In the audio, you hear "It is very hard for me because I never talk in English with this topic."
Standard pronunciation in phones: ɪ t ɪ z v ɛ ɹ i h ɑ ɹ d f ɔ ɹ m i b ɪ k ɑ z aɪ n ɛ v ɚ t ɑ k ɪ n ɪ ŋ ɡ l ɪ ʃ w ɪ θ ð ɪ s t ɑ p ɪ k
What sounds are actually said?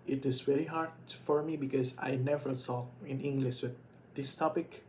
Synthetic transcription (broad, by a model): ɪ t ɪ z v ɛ ɹ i h ɑ ɹ d f ɔ ɹ m i b ɪ k ɑ z aɪ n ɛ v ɚ s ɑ ɪ n ɪ ŋ ɡ l ɪ ʃ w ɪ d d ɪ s t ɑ p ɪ k